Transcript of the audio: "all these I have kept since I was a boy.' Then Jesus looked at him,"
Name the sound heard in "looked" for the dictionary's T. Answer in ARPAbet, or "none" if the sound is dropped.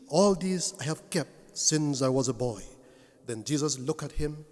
none